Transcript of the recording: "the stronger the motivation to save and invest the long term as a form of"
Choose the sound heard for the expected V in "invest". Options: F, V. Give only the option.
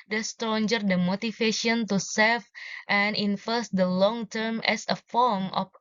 F